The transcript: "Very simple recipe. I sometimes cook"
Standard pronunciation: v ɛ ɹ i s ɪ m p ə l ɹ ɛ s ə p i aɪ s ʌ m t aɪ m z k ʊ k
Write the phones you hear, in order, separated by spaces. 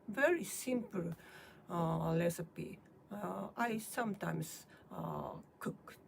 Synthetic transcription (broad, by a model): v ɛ ɹ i s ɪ m p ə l l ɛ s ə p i aɪ s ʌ m t aɪ m s k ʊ k